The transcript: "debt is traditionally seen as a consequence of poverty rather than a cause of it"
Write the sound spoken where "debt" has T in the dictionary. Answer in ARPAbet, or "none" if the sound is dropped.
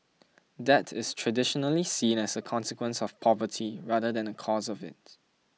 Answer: T